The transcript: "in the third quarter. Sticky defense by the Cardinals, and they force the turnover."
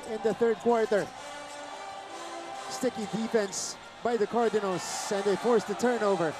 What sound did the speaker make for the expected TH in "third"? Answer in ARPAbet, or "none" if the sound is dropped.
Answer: TH